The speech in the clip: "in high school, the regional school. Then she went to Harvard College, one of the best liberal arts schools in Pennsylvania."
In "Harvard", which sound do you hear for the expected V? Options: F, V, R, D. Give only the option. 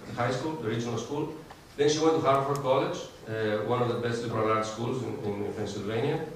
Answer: F